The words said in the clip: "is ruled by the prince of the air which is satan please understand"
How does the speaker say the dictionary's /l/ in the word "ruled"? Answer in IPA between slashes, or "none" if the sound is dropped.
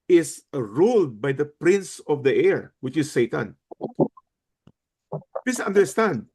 /l/